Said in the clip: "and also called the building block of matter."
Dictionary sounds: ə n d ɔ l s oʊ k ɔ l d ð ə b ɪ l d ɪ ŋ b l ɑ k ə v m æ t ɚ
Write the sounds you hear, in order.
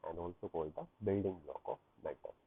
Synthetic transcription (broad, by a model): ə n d ɔ l s oʊ k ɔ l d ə b ɪ l d ɪ ŋ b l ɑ k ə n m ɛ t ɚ